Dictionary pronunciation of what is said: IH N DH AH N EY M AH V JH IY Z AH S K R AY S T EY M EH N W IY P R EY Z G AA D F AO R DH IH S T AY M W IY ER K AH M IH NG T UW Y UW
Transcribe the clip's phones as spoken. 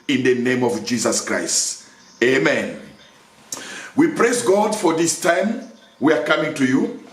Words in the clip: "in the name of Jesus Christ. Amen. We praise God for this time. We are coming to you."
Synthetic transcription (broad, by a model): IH N DH AH N EY M AH V JH IY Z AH S K R AY S T EY M EH N W IY P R EY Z G AA D F AO R DH IH S T AY M W IY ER K AH M IH NG T UW Y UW